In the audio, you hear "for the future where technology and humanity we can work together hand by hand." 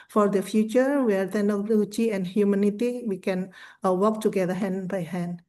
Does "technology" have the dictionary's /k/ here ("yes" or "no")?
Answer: no